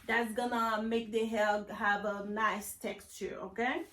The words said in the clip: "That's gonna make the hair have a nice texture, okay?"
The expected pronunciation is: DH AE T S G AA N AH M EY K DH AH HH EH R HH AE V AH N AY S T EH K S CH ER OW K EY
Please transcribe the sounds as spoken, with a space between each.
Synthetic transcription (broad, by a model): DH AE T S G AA N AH M EY K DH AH HH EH L HH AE V AH N AY S T EH K S CH ER OW K EY